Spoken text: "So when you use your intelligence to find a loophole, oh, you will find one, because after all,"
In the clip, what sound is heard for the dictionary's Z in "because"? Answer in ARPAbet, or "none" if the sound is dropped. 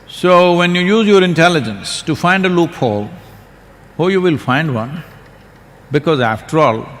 Z